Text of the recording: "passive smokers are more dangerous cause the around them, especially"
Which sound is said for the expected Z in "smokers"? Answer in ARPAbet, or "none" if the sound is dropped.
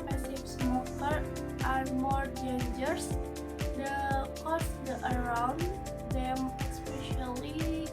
none